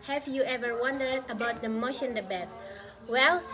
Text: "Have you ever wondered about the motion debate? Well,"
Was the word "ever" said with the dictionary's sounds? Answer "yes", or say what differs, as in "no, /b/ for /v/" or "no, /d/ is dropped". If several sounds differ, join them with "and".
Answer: yes